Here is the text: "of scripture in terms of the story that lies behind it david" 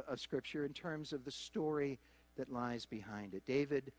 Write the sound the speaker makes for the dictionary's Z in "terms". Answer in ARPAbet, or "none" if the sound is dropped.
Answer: Z